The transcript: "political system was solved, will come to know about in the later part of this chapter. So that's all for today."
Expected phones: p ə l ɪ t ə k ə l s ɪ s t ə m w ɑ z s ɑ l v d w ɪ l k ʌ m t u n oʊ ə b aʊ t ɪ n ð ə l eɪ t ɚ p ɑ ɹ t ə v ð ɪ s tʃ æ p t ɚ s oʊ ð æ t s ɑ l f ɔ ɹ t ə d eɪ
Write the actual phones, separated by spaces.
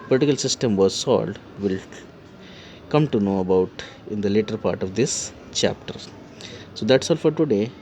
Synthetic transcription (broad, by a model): p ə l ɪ t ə k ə l s ɪ s t ə m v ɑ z s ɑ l d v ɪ l k ʌ m t u n oʊ ə b aʊ t ɪ n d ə l eɪ t ɚ p ɑ ɹ t ə v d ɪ s tʃ æ p t ɚ s oʊ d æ t s ɑ l f ɔ ɹ t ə d eɪ